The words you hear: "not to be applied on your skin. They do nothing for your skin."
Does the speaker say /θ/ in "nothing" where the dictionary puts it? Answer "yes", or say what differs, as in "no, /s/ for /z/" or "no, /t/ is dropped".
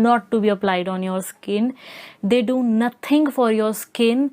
no, /t/ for /θ/